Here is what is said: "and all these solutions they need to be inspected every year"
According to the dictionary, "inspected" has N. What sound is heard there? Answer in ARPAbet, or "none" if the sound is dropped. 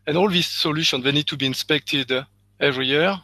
N